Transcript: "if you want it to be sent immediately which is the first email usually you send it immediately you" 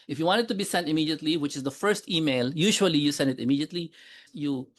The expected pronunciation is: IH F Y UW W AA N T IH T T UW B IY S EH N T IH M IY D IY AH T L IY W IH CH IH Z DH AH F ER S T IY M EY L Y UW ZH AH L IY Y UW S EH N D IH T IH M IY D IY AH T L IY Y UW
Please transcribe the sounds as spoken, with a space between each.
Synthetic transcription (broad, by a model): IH F Y UW W AA N T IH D T UW B IY S EH N T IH M IY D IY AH T L IY W IH CH IH Z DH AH F ER S T IY M EY L Y UW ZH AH L IY Y UW S EH N D IH T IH M IY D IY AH T L IY Y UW